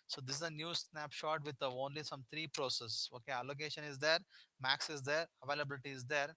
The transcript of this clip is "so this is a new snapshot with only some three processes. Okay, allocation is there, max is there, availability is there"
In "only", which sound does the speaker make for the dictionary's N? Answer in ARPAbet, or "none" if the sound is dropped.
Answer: N